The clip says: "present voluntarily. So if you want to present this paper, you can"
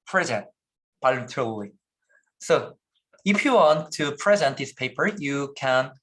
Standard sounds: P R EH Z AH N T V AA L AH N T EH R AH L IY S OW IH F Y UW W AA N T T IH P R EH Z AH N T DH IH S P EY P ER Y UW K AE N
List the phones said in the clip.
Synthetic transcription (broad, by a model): P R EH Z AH N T B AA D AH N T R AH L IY S OW IH F Y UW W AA N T T IH P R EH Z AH N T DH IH S P EY P ER Y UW K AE N